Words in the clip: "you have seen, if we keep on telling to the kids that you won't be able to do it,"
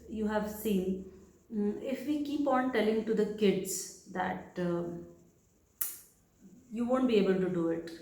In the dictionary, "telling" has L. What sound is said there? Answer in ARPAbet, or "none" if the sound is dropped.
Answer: L